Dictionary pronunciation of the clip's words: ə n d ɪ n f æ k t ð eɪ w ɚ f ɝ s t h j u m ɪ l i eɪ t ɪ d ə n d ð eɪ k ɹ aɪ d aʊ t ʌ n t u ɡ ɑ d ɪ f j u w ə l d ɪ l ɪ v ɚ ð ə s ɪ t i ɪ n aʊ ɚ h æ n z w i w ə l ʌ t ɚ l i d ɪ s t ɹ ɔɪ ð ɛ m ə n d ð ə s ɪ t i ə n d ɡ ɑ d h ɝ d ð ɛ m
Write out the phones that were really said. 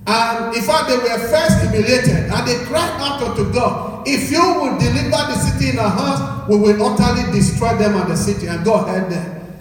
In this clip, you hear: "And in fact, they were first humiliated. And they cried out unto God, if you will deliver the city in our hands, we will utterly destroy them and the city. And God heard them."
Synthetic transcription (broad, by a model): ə n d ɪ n f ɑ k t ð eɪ w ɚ f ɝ s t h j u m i l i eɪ t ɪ d ə n d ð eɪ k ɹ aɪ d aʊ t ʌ t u ɡ ɑ d ɪ f j u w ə d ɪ l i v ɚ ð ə s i t i ɪ n aʊ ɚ h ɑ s w i w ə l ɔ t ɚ l i d ɪ s t ɹ ɔɪ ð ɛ m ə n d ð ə s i t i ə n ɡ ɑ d h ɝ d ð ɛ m